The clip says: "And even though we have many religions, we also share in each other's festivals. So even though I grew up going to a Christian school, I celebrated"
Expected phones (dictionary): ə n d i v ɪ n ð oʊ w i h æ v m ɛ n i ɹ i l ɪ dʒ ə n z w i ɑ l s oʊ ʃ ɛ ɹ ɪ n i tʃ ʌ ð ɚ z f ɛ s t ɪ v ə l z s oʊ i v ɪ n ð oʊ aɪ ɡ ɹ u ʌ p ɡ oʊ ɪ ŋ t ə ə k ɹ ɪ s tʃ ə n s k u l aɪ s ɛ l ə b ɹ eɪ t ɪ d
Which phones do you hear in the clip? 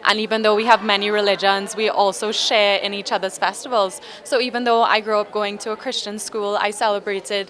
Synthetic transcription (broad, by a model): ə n i v ɪ n ð oʊ w i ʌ v m ɛ n i ɹ i l ɪ dʒ ə n z w i ɑ l s oʊ ʃ ɛ ɹ ɪ n i tʃ ʌ ð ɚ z f ɛ s t ɪ v ə l z s oʊ i v ɪ n ð oʊ aɪ ɡ ɹ u ʌ p ɡ oʊ ɪ ŋ t ə ə k ɹ ɪ s tʃ ə n s k u l aɪ s ɛ l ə b ɹ eɪ t ɪ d